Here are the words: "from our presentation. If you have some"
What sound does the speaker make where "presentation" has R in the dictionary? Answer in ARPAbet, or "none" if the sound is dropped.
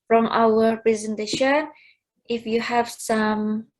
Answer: R